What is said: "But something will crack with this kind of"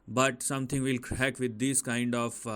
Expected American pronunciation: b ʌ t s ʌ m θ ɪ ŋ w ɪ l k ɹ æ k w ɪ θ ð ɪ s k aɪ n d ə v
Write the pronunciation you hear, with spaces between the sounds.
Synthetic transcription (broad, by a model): b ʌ t s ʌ m t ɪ ŋ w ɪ l k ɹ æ k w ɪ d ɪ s k aɪ n d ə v